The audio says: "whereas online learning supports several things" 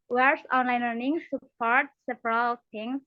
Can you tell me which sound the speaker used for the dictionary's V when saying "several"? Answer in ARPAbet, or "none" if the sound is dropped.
P